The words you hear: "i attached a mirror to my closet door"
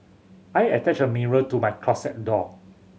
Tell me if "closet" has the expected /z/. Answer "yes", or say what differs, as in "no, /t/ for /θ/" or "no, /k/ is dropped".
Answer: no, /s/ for /z/